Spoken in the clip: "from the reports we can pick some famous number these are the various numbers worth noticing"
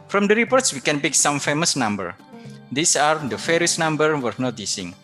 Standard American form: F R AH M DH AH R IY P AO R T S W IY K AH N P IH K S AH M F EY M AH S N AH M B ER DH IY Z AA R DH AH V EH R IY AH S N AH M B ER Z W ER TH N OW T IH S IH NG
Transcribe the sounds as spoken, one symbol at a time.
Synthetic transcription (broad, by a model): F R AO M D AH R IY P AO R T S W IY K AH N P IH K S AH M F EY M AH S N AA M B ER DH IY S AA R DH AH F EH R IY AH S N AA M B ER W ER N OW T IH S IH NG